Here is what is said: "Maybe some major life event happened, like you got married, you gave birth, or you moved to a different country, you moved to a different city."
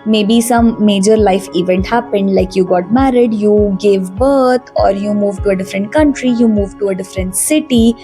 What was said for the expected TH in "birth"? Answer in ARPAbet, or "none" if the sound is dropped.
T